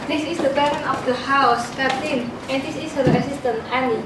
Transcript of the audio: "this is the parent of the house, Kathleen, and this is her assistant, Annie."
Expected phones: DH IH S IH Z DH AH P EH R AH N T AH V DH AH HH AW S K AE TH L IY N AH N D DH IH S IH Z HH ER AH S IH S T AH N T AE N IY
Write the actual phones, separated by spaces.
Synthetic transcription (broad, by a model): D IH S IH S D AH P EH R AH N AH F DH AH HH AW S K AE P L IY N AH N D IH S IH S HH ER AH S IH S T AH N AE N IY